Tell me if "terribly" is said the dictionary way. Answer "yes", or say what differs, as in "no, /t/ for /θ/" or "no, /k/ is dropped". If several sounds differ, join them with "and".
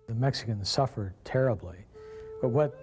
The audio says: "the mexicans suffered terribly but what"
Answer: yes